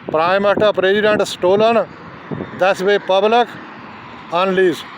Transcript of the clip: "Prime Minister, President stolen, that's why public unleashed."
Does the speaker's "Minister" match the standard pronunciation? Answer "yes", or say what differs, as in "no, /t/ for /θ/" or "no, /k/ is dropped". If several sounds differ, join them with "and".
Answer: no, /s/ is dropped